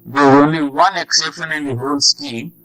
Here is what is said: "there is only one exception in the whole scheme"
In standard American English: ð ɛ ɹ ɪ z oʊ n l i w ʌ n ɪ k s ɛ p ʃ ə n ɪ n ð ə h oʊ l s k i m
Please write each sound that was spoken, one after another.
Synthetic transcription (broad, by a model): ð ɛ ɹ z oʊ n l i w ʌ n ɪ k s ɛ p ʃ ə n ɪ n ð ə h oʊ l s k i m